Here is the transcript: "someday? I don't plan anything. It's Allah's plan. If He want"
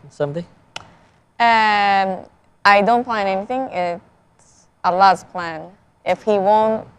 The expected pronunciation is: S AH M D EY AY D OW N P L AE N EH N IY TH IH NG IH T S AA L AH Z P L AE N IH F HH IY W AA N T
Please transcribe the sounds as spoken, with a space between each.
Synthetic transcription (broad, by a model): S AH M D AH AY D OW N P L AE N EH N IY TH IH NG IH T S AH L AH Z P L AE N IH F HH IY W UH N T